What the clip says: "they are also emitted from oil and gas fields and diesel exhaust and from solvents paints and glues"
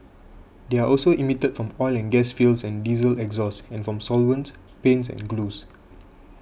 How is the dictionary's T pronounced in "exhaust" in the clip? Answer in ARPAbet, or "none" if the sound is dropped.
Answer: none